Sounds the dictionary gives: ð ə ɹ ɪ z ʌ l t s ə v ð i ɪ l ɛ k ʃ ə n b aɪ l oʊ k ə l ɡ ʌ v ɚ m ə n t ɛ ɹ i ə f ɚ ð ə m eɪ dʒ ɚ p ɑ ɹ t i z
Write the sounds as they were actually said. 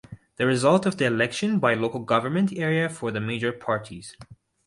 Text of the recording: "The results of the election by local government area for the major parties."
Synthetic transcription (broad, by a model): ð ə ɹ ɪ z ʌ l t ə v ð i ɪ l ɛ k ʃ ə n b aɪ l oʊ k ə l ɡ ʌ v ɚ m ə n t ɛ ɹ i ə f ɚ ð ə m eɪ dʒ ɚ p ɑ ɹ t i z